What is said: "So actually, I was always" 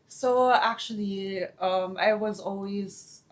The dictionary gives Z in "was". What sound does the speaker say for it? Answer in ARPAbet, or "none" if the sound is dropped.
Z